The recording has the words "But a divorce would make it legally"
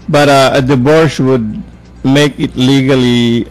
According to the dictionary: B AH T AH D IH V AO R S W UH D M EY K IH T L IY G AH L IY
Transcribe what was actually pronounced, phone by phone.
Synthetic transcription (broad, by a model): B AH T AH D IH B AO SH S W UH D M EY K IH T L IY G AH L IY